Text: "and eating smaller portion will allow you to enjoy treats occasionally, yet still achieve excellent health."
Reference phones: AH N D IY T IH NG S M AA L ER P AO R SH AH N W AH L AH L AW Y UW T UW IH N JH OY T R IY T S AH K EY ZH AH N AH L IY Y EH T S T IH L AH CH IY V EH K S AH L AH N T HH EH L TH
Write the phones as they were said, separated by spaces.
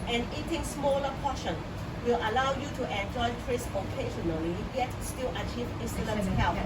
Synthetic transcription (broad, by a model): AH N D IY T IH NG S M AA L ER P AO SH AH N W AH L AH L AW Y UW T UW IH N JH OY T R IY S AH K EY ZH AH N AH L IY Y EH T S T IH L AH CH IY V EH S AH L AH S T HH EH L